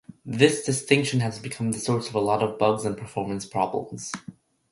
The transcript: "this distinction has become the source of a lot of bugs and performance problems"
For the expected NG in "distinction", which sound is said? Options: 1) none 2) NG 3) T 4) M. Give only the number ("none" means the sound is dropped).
2